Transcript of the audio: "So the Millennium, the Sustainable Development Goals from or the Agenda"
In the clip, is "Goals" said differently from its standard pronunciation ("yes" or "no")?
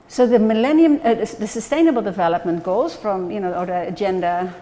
no